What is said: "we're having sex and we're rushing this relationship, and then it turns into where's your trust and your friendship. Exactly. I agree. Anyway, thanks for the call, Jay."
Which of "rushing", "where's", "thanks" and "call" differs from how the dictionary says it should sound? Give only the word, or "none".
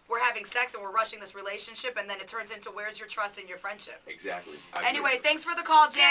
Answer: none